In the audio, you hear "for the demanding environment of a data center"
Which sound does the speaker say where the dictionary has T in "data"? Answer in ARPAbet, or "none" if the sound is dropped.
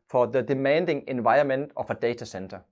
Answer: S